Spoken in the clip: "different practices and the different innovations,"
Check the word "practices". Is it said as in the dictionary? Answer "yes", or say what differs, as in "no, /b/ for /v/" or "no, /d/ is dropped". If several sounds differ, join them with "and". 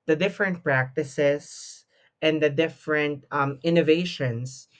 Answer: no, /s/ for /z/